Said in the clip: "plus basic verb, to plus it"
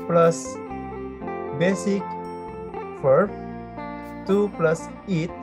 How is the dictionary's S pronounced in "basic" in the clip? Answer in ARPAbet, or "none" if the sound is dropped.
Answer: S